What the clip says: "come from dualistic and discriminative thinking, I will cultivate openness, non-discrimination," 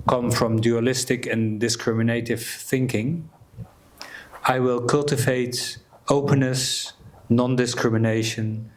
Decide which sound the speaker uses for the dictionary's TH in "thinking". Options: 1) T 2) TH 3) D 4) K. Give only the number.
2